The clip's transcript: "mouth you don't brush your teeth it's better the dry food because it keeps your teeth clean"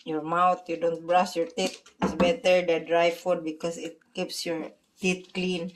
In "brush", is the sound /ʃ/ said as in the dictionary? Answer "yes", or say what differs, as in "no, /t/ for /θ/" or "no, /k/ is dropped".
no, /s/ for /ʃ/